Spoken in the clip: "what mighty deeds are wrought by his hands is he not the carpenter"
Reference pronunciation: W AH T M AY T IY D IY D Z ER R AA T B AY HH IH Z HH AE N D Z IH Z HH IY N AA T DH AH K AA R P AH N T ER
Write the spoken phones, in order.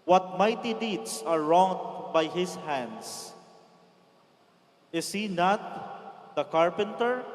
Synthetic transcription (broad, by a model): W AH T M AY T IY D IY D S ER R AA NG B AY HH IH S HH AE N D S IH S HH IY N AA T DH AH K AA R P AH N T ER